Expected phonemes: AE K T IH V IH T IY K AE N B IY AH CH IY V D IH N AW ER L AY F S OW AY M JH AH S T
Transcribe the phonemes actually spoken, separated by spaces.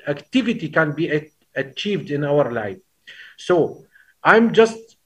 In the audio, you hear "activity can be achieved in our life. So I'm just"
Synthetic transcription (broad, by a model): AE K T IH V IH T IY K AE N B IY AH CH IY V D IH N AW ER L AY F S OW AY M JH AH S T